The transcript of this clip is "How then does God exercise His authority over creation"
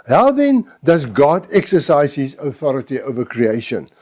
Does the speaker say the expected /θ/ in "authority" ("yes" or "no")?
yes